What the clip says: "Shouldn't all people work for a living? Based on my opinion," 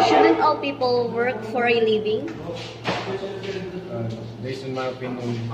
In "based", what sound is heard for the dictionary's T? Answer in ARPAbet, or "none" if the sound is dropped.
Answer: none